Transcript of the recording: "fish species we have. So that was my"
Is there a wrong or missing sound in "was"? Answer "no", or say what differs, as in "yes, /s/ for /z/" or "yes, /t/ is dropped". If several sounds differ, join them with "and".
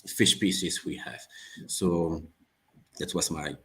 yes, /s/ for /z/